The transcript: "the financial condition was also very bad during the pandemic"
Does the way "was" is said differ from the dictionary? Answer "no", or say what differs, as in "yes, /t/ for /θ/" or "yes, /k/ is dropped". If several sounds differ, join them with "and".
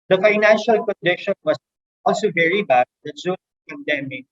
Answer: yes, /s/ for /z/